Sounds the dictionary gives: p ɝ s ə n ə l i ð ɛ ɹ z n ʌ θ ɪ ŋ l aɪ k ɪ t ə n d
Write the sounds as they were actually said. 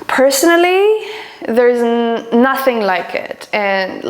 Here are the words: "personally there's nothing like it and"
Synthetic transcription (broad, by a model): p ɝ s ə n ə l i ð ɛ ɹ z n ʌ θ ɪ ŋ l aɪ k ɪ t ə n